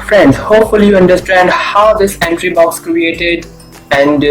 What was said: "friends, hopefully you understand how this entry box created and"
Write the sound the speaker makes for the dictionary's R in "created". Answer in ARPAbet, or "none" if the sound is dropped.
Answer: R